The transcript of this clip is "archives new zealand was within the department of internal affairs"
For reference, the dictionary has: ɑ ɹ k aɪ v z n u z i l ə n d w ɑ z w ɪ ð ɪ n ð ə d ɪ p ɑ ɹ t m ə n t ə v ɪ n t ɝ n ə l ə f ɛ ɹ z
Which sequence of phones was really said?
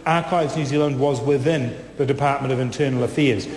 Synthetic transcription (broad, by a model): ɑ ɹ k aɪ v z n u z i l ə n d w ɑ z w ɪ ð ɪ n ð ə d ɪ p ɑ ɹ t m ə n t ə v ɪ n t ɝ n l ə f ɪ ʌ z